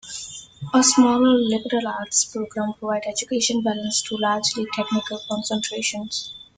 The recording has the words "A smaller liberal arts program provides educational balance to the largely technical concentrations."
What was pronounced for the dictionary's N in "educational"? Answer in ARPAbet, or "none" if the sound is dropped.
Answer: none